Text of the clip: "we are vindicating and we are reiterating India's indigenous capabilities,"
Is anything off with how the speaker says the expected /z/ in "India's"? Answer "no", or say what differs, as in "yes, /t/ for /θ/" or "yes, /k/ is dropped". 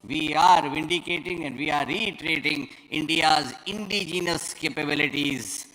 no